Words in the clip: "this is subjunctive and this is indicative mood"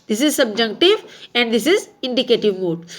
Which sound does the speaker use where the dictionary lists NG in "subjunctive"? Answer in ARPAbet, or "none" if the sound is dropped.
none